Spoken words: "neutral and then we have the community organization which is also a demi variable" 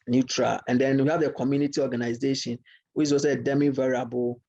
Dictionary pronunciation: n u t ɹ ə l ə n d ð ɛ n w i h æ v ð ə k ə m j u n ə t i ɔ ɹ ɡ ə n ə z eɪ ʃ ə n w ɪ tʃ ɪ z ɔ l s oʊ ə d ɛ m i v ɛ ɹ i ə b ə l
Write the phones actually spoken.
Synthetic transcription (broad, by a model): n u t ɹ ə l ə n d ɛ n w i h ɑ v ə k ə m j u n ə t i ɔ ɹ ɡ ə n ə z eɪ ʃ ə n w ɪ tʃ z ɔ s ə d ɛ m i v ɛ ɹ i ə b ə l